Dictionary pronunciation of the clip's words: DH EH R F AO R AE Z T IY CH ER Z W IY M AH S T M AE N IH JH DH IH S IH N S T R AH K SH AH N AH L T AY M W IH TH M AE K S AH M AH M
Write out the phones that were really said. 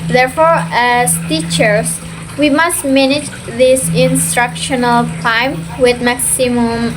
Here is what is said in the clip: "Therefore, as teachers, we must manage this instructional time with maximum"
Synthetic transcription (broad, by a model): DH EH R F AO R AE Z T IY CH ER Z W IY M AH S T M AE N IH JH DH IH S IH N S T R AH K SH AH N AH L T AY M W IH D M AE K S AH M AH M